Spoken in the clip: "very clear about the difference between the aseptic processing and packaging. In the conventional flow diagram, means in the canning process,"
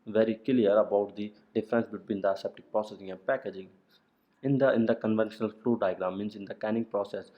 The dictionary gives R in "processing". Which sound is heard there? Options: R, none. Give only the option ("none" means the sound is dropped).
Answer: R